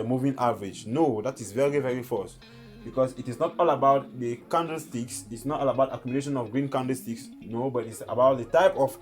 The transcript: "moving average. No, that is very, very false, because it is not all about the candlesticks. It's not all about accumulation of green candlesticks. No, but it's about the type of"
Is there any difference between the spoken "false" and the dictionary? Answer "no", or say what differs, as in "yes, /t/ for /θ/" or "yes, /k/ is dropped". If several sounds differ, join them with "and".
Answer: yes, /l/ is dropped